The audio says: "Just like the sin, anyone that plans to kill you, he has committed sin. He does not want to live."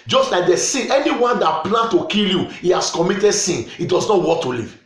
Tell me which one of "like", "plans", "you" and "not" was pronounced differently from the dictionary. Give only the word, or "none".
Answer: plans